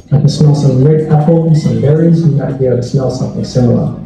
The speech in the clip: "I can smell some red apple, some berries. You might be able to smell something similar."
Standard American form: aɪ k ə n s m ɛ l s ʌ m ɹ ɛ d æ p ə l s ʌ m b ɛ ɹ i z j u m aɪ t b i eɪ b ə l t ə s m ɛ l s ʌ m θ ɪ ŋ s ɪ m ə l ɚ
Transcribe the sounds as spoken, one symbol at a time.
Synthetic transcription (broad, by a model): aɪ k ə s m ɛ l s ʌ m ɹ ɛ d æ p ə n s ʌ m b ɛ ɹ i z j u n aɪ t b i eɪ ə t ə s m ɛ l s ʌ m θ ɪ ŋ s ɪ m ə l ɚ